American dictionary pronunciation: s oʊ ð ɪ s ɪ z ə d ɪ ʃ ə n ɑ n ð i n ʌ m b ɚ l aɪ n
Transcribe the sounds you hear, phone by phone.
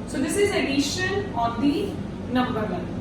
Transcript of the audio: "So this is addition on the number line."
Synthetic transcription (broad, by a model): s oʊ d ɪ s ɪ z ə d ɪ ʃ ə l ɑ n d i n ʌ m b ɚ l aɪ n